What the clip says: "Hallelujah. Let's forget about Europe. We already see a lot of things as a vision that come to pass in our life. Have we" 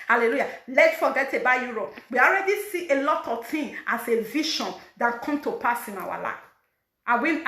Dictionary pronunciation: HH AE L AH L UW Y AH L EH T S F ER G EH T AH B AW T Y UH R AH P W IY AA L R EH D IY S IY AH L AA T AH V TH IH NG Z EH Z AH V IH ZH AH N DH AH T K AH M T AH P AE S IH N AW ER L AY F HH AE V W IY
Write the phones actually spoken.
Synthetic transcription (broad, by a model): HH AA L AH L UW Y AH L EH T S F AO G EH T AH B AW Y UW R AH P W IY AA L R EH D IY S IY AH L AA T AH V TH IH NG AA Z AH V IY SH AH N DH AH T K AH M T AH P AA S IH N AW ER L AY F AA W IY